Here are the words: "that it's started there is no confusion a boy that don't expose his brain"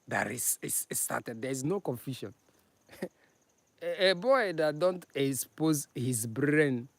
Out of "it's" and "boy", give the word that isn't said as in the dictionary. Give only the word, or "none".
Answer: it's